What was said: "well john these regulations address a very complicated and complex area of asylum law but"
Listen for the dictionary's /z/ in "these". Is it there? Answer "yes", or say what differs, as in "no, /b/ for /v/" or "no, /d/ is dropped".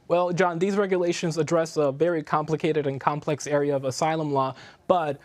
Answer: yes